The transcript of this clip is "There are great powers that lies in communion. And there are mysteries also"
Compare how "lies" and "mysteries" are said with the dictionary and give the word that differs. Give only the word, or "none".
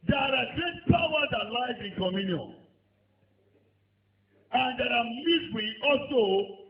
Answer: mysteries